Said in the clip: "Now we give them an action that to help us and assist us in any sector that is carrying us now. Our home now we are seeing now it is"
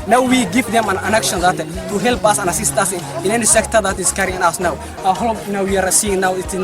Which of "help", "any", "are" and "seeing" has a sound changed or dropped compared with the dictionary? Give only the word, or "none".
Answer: none